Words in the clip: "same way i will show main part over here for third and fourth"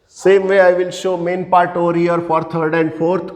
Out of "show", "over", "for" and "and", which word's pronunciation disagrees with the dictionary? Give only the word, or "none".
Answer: none